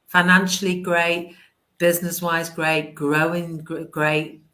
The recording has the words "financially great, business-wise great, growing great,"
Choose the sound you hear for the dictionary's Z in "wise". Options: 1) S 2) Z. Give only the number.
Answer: 2